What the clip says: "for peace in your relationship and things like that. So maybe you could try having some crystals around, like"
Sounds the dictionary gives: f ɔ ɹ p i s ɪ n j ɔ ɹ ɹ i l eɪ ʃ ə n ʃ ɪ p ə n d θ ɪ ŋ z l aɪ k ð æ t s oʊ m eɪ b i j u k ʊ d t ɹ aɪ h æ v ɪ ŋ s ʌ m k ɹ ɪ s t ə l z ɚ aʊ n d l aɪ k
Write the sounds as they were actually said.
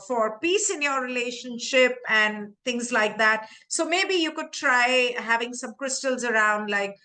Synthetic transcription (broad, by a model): f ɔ ɹ p i s ɪ n j ɔ ɹ ɹ i l eɪ ʃ ə n ʃ ɪ p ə n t ɪ ŋ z l aɪ k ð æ t s oʊ m eɪ b i j u k ʊ d t ɹ aɪ h æ v ɪ ŋ s ʌ m k ɹ ɪ s t ə l z ɚ aʊ n d l aɪ k